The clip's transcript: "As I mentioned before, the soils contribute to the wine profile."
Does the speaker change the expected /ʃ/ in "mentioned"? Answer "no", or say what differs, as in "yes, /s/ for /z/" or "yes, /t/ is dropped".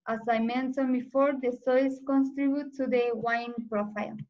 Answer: yes, /s/ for /ʃ/